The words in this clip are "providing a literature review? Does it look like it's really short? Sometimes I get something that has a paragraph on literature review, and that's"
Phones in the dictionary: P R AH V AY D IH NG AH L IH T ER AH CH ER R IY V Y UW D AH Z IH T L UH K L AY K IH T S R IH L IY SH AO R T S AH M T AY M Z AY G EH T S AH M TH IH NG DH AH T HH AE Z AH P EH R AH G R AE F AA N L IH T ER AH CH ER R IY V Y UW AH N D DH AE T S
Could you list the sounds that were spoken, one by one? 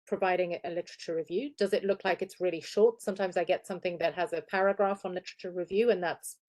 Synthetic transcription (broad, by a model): P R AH V AY D IH NG AH L IH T ER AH CH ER R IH V Y UW D AH Z IH T L UH K L AY K IH T S R IH L IY SH AO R T S AH M T AY M Z AY G EH T S AH M TH IH NG DH AH T HH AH Z AH P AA R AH G R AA F N L IH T ER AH CH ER R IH V Y UW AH N DH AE T S